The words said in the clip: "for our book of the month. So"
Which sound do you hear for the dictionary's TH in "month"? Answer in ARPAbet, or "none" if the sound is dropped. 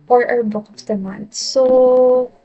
T